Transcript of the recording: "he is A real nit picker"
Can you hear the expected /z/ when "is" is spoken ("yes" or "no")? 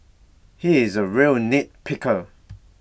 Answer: yes